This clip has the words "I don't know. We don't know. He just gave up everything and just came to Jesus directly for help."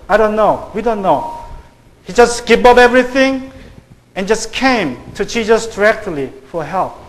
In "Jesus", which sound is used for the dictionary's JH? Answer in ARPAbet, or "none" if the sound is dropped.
CH